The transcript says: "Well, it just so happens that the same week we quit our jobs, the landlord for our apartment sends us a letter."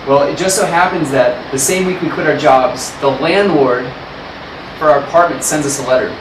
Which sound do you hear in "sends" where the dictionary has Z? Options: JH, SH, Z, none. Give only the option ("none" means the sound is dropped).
Z